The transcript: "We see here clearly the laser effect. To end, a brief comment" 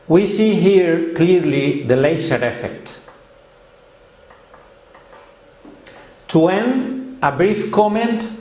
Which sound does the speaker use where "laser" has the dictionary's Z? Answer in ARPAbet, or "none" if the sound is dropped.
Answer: S